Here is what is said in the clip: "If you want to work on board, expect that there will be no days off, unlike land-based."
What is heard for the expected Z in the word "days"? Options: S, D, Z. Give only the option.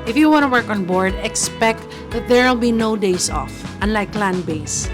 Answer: S